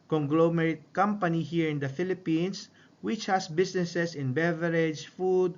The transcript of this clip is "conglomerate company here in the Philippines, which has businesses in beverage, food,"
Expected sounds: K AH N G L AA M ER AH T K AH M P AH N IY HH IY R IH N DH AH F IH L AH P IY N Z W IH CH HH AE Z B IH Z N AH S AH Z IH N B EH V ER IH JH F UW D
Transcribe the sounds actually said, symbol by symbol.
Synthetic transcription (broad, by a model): K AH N G L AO M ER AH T K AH M P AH N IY HH IY R IH N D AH F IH L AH P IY N S W IH CH HH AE S B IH S N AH S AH S IH N B EH V ER IH JH F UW D